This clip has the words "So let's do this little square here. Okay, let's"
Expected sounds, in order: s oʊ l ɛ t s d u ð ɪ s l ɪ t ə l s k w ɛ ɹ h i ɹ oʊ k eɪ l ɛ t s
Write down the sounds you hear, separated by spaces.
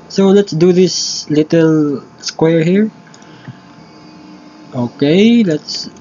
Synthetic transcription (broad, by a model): s oʊ l ɛ t s d u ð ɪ s l ɪ t ə l s k w ɛ ɹ h i ɹ oʊ k eɪ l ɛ t s